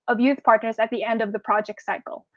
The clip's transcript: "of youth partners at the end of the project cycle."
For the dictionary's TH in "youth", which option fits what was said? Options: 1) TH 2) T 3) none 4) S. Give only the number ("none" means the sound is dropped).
1